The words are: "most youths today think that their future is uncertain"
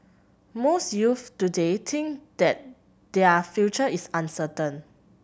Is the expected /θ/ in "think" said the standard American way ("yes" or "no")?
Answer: no